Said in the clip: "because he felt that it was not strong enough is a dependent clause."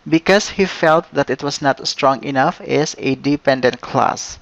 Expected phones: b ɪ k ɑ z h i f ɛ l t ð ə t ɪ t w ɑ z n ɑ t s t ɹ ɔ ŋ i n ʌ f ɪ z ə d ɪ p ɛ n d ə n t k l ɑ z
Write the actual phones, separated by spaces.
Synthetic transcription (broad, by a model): b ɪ k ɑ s h i f ɛ l t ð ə t ɪ t w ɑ s n ɑ t s t ɹ ɔ ŋ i n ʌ f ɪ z ə d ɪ p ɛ n d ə n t k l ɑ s